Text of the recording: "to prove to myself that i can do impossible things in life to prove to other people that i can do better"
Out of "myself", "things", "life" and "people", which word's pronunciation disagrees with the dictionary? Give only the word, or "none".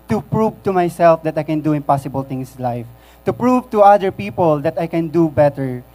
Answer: things